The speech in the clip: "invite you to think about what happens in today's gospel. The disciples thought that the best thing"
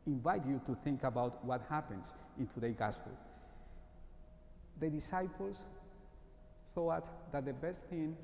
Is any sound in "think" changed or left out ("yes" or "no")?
no